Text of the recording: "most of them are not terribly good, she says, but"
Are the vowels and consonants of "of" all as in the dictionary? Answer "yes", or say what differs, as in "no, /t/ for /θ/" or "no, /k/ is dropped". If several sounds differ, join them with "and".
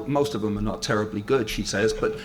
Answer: yes